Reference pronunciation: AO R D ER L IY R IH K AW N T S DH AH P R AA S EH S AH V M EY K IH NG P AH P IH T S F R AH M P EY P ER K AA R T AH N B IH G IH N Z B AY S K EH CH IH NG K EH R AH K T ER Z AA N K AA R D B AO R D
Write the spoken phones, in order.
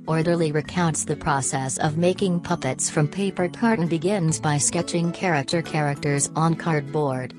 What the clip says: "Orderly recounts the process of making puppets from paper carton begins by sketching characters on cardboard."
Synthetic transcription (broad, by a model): AO R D ER L IY R IH K AW N T S DH AH P R AA S EH S AH V M EY K IH NG P AH P IH T S F R AH M P EY P ER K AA R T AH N B IH G IH N Z B AY S K EH CH IH NG K EH R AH K T ER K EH N K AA R D B AO R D